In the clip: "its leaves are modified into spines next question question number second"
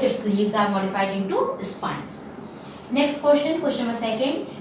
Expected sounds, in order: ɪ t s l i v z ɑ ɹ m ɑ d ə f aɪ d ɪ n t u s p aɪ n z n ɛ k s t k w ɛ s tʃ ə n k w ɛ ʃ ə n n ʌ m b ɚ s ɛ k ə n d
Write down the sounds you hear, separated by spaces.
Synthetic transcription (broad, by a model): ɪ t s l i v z ɑ ɹ m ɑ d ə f aɪ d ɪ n t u s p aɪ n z n ɛ k s t k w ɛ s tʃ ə n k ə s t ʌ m ɚ s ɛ k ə n d